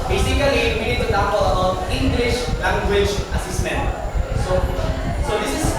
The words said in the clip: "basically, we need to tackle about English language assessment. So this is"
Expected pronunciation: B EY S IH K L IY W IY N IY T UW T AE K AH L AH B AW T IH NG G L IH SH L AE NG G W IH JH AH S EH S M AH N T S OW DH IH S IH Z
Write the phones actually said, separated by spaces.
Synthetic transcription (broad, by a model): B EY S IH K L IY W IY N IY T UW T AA AH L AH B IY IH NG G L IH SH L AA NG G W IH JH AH S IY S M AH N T S OW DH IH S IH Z